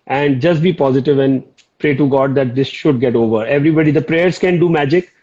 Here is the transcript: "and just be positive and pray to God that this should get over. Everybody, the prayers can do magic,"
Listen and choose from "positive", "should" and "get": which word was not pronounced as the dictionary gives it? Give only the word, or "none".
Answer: none